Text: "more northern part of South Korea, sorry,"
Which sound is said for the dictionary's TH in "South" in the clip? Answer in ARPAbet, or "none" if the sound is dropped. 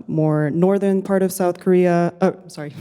TH